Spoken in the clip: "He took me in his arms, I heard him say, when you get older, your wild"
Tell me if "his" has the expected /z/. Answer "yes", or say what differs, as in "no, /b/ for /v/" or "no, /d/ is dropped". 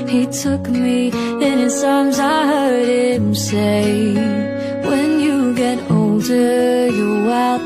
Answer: no, /s/ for /z/